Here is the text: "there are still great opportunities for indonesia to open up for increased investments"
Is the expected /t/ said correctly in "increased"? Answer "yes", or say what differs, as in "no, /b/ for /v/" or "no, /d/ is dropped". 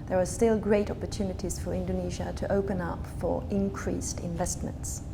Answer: yes